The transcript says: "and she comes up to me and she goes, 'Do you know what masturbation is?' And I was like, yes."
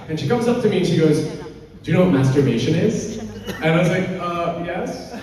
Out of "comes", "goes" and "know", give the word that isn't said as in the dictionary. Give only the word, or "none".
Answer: none